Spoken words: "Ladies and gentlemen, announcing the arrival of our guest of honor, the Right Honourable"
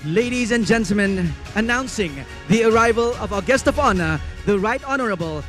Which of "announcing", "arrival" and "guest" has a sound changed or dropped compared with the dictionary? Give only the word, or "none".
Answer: none